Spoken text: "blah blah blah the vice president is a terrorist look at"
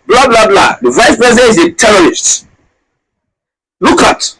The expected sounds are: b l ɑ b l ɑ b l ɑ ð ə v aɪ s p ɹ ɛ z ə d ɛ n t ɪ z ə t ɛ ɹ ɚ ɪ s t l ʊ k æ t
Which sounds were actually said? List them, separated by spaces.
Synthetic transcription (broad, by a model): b l ɑ b l ɑ b l ɑ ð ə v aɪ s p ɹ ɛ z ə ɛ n ɪ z ə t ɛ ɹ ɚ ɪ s t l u k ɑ t